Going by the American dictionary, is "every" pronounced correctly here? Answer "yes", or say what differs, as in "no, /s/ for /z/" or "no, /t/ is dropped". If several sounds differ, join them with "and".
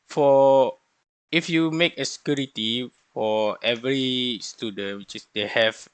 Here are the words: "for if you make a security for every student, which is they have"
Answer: yes